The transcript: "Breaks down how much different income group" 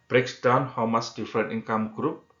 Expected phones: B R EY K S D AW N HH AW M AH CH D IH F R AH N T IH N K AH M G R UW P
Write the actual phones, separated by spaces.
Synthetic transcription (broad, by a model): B R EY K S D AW N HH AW M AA S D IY F R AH N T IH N K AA M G R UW P